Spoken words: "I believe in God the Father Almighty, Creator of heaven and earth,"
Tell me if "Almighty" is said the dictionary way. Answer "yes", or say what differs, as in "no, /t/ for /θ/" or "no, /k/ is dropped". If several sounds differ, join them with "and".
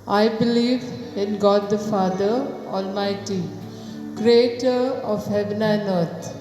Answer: yes